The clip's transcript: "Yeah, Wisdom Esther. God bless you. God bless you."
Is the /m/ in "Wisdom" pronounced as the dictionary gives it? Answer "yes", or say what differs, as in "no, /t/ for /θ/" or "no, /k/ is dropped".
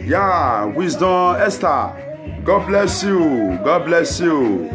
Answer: no, /m/ is dropped